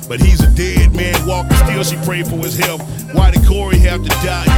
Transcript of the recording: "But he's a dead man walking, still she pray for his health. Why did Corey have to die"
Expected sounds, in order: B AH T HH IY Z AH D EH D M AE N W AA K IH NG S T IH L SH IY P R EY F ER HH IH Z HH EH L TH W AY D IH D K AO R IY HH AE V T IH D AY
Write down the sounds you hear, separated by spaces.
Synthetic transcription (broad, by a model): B AH T HH IY Z AH D EH D M AE N W AA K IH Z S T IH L S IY P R EY F ER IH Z HH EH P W AY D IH K AO R IY HH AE F T IH D AY